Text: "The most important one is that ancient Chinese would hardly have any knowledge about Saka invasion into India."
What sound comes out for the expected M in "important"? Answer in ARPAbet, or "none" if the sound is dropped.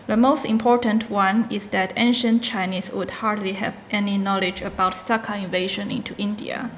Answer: M